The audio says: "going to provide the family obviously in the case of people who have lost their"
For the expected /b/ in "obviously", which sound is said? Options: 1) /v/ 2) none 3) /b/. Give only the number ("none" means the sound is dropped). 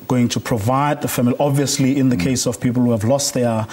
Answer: 3